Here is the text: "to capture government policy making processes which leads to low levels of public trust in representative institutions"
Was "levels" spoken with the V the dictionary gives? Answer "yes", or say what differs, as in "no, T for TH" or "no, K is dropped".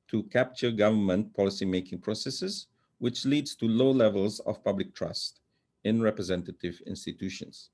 yes